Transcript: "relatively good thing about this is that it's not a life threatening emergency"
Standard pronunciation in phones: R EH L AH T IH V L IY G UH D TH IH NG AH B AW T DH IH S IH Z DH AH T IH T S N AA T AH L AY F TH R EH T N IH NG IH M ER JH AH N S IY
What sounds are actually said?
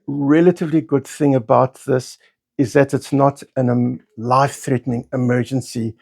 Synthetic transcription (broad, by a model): R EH L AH T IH V L IY G UH D TH IH NG AH B AW T DH IH S IH Z DH AH T IH T S N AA T AH L AY F TH R EH T N IH NG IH M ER JH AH N S IY